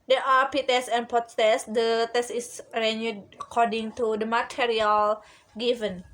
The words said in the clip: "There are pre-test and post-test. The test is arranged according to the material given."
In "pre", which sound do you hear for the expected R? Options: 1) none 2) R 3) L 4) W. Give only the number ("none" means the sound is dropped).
1